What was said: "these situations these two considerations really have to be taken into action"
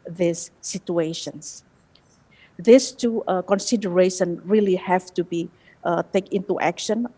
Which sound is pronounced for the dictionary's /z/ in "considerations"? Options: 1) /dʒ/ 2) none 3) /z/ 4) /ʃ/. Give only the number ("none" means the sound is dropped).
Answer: 2